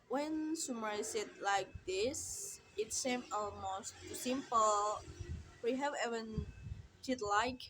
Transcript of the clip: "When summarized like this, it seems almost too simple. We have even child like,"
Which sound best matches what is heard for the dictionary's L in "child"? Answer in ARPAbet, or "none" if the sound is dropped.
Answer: none